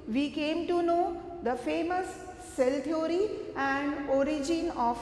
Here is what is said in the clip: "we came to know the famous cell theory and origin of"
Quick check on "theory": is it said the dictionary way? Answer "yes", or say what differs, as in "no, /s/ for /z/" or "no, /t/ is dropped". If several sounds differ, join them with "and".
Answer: no, /t/ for /θ/